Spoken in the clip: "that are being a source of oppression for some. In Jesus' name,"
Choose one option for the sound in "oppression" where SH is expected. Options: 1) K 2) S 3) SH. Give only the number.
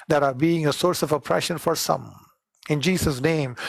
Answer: 3